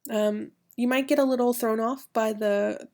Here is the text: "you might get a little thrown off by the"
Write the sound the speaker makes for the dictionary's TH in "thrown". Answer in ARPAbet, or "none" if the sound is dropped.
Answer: TH